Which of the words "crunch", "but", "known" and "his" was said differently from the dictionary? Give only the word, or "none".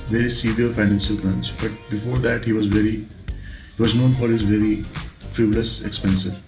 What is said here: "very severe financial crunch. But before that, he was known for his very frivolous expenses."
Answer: crunch